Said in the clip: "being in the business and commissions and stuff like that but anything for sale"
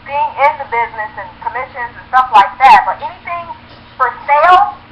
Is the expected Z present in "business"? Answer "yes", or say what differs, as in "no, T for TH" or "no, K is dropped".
yes